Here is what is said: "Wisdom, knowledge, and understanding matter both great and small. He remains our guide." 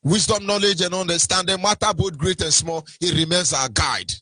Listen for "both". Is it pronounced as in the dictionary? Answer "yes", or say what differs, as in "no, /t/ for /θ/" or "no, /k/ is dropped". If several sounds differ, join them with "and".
no, /t/ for /θ/